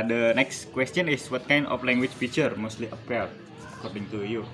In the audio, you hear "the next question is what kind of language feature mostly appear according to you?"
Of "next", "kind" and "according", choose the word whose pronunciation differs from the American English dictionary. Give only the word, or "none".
none